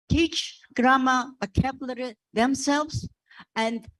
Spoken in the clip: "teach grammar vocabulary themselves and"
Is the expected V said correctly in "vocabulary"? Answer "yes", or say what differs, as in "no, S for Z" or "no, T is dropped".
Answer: no, B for V